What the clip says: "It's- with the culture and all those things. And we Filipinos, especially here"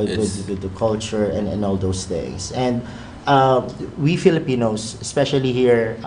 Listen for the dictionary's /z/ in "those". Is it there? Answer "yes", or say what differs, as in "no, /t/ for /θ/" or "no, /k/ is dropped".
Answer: no, /s/ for /z/